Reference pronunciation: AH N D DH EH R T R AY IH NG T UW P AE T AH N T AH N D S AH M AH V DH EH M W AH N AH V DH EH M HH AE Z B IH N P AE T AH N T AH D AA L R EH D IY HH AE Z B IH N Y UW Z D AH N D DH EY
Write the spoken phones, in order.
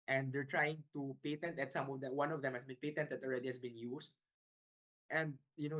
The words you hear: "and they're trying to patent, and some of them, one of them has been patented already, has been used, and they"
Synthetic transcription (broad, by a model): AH N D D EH R T R AY IH NG T UW P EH T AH N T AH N S AH M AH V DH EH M W AH N AH V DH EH M HH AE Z B IH N P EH T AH N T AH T AA L R EH D IY HH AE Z B IH N Y UW S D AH N D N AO